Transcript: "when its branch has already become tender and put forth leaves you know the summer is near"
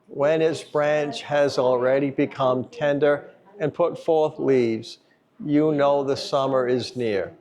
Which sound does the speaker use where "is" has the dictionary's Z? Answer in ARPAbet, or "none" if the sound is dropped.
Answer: Z